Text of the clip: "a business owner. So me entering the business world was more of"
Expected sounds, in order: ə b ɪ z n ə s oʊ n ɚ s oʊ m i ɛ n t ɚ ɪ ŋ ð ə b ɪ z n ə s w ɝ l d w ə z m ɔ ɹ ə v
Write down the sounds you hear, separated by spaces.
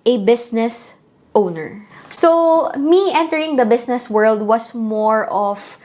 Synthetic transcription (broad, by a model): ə b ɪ s n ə s oʊ n ɚ s oʊ m i ɛ n t ɚ ɪ ŋ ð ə b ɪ s n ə s w ɝ l d w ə s m ɔ ɹ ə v